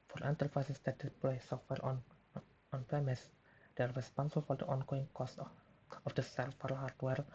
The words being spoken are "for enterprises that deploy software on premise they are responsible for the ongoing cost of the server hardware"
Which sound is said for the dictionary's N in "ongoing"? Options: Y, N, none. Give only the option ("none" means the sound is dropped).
N